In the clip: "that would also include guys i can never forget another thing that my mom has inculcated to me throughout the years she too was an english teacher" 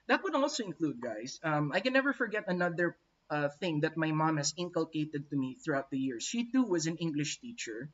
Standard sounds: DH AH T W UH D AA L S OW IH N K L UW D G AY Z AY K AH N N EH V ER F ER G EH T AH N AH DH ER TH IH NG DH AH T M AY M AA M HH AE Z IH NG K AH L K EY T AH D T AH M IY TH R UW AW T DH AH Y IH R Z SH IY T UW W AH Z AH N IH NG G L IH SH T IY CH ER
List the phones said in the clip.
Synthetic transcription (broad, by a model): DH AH T W UH D AA L S OW IH N K L UW D G AY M AY K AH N N EH V ER F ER G EH T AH N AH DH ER TH IH NG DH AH T M AY M AA M HH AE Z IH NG K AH L K EY T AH D T AH M IY TH R UW AW T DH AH Y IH R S SH IY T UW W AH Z AH N IH NG G L IH SH T IY CH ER